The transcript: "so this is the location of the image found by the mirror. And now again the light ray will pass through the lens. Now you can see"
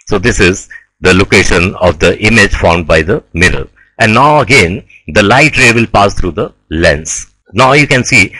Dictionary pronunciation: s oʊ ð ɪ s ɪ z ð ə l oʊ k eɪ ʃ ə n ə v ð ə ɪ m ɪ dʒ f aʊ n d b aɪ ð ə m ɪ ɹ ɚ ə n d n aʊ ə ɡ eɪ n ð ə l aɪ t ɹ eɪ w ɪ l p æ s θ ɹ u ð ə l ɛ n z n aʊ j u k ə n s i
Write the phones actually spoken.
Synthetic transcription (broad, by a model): s oʊ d ɪ s ɪ z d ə l oʊ k eɪ ʃ ə n ə v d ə ɪ m ɪ dʒ f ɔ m d b aɪ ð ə m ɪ ɹ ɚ ə n d n aʊ ə ɡ eɪ n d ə l aɪ t ɹ eɪ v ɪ l p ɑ s t ɹ u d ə l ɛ n s n aʊ j u k ə n s i